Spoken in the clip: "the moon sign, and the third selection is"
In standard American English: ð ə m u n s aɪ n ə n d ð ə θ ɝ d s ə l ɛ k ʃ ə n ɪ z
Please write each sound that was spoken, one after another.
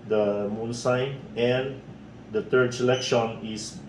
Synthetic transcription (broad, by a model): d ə m u n s aɪ n ə n d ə t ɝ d s ə l ɛ k ʃ ə n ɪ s